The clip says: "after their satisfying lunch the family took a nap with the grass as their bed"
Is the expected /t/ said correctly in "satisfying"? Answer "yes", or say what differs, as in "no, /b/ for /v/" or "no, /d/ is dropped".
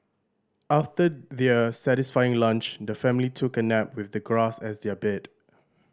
yes